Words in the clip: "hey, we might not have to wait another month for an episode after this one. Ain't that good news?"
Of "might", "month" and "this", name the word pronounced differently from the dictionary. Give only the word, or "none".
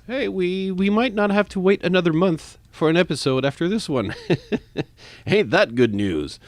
none